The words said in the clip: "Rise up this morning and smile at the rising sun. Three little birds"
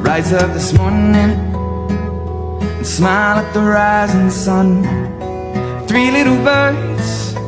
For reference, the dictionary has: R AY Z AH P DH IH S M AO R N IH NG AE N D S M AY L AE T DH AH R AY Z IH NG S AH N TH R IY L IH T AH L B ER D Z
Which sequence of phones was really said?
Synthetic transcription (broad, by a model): R AY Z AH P DH IH S M AO R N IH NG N S M AY L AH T DH AH R AY Z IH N S AH N TH R IY L IH T L B ER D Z